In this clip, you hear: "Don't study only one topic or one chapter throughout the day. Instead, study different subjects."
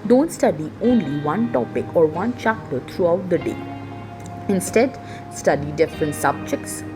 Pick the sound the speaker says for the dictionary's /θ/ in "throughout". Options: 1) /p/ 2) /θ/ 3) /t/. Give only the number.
3